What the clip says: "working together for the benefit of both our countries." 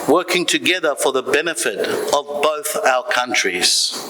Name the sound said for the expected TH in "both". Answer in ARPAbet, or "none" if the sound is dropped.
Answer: TH